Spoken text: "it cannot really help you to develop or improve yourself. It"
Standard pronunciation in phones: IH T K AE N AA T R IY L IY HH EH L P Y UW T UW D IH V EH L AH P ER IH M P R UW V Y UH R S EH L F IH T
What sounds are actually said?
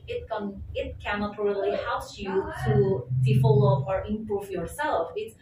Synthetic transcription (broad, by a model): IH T K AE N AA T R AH L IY HH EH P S Y UW T UW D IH F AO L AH ER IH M P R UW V Y UH R S EH L F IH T